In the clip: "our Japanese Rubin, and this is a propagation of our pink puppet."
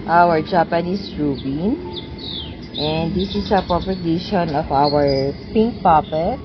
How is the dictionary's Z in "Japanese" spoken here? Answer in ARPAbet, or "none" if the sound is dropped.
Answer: S